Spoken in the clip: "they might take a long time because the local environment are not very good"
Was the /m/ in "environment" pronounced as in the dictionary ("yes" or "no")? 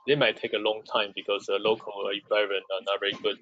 no